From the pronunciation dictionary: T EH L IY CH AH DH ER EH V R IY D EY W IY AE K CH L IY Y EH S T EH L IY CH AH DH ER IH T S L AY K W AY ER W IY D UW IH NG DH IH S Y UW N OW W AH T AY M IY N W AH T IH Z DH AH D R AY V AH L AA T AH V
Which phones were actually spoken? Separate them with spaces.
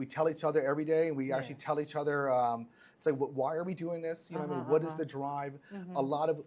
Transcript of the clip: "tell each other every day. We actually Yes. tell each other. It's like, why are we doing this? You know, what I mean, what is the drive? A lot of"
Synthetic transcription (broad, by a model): T EH L IY CH AH DH ER EH V R IY D EY W IY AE K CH IY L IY T EH L IY CH AH DH ER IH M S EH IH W W AY ER W IY D UW IH NG DH IH S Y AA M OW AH W AH T IH Z DH AH D R AY V AH L AA T AH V